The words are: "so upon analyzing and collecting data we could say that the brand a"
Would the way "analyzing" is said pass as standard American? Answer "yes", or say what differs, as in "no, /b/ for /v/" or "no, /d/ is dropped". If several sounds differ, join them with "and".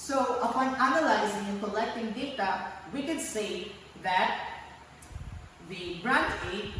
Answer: yes